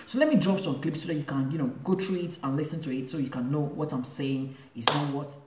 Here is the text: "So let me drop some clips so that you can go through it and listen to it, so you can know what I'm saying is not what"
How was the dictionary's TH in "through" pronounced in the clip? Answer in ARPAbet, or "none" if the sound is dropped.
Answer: T